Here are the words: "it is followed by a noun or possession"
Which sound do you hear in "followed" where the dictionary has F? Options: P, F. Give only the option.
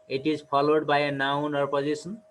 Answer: P